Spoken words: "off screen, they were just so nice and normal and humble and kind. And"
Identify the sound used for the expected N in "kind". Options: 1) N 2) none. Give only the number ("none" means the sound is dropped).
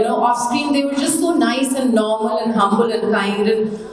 2